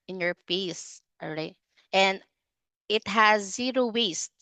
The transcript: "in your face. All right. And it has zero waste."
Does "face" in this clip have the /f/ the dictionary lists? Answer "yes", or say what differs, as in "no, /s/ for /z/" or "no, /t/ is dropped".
no, /p/ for /f/